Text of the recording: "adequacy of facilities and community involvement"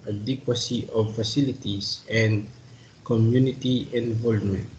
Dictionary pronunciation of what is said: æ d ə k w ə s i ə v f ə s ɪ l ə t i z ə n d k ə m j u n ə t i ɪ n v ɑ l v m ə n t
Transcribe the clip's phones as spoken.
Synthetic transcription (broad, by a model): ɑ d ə k w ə s i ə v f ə s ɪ l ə t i s ə n d k ə m j u n ə t i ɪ n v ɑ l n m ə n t